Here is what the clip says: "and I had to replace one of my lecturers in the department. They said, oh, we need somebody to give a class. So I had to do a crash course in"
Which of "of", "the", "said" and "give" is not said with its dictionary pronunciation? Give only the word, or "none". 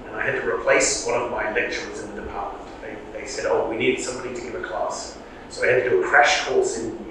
none